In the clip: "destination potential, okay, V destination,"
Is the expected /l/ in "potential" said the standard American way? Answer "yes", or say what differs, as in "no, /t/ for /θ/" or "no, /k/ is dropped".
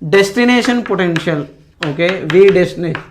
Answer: yes